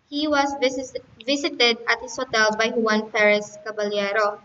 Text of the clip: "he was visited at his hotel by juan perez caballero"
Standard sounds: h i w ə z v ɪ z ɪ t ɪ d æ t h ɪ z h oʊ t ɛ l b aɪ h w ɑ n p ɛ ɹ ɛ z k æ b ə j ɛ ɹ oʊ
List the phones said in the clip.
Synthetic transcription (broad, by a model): h i w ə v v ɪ s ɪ t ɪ d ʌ t h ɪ s h oʊ t ɛ l b aɪ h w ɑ n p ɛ ɹ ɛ s k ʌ b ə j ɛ ɹ oʊ